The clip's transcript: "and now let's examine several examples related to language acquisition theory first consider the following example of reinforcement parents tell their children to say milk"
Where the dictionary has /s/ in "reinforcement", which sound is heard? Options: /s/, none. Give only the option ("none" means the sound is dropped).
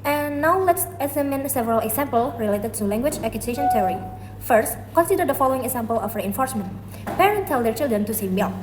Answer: /s/